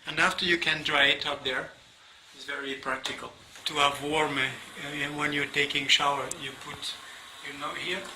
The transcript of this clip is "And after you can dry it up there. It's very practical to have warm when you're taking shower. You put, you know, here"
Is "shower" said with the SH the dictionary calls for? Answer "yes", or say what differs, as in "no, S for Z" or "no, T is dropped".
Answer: yes